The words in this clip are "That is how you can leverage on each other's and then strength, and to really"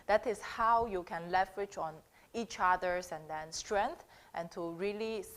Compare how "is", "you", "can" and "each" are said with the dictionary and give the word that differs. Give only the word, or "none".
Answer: is